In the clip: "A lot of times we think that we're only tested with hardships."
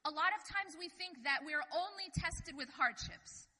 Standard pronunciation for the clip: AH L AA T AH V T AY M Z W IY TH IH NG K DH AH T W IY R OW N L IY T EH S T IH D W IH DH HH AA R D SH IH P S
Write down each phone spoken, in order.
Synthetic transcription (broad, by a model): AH L AA T AH V T AY M Z W IY TH IH NG K DH AH T W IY R OW N L IY T EH S T IH D W IH DH HH AA R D SH IH P S